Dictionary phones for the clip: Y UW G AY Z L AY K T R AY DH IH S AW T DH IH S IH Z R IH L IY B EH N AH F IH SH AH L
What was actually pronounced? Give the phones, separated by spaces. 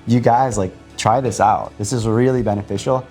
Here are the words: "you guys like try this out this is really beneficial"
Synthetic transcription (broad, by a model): Y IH G AY Z L AY K T R AY DH IH S AW T DH IH S IH Z R IH L IY B EH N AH F IH SH L